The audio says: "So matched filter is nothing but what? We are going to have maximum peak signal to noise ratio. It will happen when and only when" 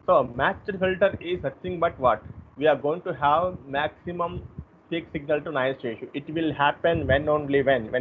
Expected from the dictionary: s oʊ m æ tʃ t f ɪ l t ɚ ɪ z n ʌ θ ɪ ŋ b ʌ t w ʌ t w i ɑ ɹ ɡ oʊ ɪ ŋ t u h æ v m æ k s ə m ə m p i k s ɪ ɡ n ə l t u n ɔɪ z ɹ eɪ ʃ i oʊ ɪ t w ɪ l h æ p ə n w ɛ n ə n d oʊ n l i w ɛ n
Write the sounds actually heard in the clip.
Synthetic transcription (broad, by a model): s oʊ m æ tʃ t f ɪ l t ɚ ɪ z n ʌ t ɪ ŋ b ʌ t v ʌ t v i ɑ ɹ ɡ oʊ ɪ ŋ t u h æ v m æ k s ə m ə m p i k s ɪ ɡ n ə l t u n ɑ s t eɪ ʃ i ɪ t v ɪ l h æ p ə n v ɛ n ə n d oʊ l i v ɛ n